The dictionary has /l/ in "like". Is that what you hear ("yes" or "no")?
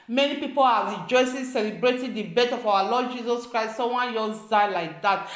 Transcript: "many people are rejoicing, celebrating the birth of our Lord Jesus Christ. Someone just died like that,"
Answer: yes